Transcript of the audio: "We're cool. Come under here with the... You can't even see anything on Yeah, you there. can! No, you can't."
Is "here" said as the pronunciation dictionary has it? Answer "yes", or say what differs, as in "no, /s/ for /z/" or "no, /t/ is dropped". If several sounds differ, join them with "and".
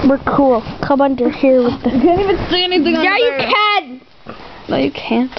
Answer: yes